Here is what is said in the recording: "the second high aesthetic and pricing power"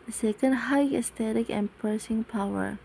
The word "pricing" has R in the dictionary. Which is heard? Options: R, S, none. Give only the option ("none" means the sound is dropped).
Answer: none